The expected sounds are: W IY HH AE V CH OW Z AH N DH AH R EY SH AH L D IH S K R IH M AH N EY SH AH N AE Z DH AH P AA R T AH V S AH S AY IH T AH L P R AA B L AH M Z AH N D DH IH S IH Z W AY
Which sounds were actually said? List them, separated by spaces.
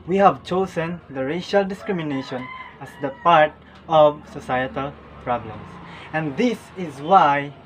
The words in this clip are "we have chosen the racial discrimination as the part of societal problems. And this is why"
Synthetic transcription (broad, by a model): W IY HH AE V CH OW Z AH N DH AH R EY SH AH L D IH S K R IH M AH N EY SH AH N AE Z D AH P AA R T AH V S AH S AY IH T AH L P R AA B L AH M S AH N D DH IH S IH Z W AY